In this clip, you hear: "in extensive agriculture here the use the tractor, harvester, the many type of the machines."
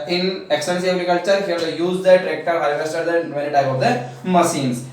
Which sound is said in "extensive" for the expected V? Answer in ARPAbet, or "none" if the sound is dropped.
none